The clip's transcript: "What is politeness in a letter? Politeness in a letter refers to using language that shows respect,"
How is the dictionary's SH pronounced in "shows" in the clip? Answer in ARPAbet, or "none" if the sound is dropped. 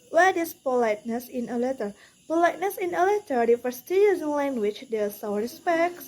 S